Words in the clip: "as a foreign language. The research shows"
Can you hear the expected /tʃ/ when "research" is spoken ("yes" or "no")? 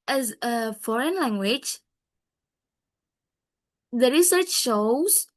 yes